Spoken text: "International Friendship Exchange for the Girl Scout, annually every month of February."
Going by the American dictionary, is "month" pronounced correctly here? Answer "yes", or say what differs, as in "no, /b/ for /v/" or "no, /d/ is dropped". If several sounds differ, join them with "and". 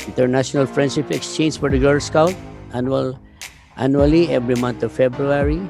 no, /t/ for /θ/